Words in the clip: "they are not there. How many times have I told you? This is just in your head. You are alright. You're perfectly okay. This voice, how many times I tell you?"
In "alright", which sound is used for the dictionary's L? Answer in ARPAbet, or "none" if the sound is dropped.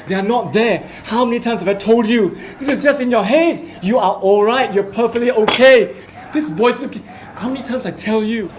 L